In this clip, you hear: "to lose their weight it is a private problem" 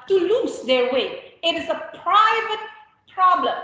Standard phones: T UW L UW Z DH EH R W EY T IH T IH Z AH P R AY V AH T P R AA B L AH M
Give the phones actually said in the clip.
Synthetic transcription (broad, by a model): T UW L UW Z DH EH R W EY IH T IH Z AH P R AY V AH T P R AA B L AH M